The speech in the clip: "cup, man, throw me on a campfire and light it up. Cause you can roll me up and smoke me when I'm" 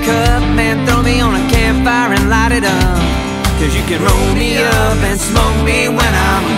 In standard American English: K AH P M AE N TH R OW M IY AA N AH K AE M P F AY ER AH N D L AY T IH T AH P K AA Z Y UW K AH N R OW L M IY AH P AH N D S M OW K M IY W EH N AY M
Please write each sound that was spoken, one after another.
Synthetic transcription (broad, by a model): K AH M AE N TH R OW M IY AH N AH K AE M F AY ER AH N L AY T IH T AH K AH Z Y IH K AH N R OW L M IY AH P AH N S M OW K M IY W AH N AY M